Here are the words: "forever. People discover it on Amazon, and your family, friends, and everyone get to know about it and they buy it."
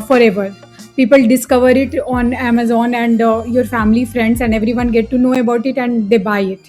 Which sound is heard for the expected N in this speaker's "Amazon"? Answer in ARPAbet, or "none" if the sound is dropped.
N